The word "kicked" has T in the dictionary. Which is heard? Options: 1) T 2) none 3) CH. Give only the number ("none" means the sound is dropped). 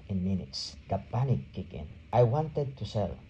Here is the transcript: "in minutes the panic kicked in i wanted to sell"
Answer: 2